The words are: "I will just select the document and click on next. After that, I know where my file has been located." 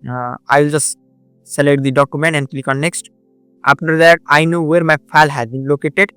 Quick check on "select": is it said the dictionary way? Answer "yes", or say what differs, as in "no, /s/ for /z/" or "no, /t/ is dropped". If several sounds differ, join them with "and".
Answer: no, /k/ is dropped